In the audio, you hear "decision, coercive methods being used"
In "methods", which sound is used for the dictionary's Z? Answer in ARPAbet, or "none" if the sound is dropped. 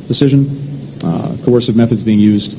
Z